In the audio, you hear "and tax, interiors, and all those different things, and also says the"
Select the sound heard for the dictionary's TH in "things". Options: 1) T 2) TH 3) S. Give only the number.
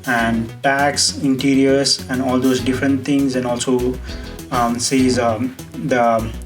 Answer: 1